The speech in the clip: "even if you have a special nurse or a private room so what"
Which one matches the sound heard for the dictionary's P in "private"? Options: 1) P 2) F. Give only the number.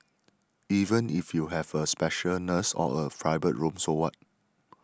2